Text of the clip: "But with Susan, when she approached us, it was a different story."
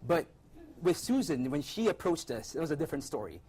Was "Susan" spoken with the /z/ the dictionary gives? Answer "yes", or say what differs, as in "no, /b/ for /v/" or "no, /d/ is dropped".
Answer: yes